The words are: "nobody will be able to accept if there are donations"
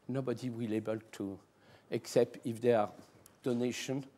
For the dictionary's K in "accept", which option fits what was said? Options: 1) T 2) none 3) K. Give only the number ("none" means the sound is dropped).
3